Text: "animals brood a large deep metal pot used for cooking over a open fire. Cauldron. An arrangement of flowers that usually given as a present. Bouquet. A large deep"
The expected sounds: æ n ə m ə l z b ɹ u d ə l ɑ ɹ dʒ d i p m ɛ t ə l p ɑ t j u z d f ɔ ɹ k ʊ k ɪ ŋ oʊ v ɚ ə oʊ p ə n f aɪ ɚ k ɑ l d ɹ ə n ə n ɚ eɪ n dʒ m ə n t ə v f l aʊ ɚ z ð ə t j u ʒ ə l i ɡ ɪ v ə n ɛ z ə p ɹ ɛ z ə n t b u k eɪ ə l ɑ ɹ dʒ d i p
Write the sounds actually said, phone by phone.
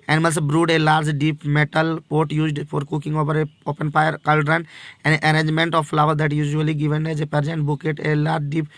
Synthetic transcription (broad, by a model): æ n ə m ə l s b ɹ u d ə l ɑ ɹ dʒ d i p m ɛ t ə l p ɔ t j u z d f ɔ ɹ k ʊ k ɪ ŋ oʊ v ɚ ə oʊ p ə n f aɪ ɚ k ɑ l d ɹ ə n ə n ɚ eɪ n dʒ m ə n t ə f l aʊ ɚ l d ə t j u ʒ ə l i ɡ ɪ v ə n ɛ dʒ ə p ɹ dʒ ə n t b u k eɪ ə l ɑ ɹ dʒ d i p